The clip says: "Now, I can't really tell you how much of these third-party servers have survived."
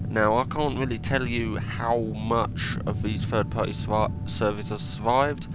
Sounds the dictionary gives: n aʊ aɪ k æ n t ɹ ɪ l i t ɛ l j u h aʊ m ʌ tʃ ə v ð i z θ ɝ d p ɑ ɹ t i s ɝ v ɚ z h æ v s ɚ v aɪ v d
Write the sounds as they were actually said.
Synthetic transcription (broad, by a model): n aʊ aɪ k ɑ n t ɹ ɪ l i t ɛ l j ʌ h aʊ m ʌ tʃ ə v ð i z f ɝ d p ɑ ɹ t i s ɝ v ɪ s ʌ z s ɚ v aɪ v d